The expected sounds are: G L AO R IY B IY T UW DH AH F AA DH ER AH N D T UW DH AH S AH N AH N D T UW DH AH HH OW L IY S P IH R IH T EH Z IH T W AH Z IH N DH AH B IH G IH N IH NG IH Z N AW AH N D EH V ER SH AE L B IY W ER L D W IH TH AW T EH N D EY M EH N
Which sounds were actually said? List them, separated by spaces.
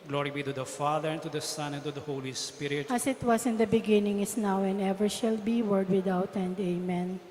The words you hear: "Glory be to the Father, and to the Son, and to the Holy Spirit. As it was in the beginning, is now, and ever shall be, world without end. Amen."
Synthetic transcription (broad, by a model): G L AO R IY B IY T UW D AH F AA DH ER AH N T UW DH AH S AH N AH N T UW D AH HH OW L IY S P IH R IH T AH S IH T W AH S IH N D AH B IH G IH N IH NG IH S N AW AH N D EH V ER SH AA L B IY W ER D W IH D AW T EH N D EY M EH N